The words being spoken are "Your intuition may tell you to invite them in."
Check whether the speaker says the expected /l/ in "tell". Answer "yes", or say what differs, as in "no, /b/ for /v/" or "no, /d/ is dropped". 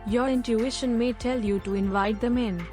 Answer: yes